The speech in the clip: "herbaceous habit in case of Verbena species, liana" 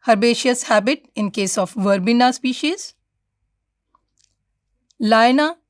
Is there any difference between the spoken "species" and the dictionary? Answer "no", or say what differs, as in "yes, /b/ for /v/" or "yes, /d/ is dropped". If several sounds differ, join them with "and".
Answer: no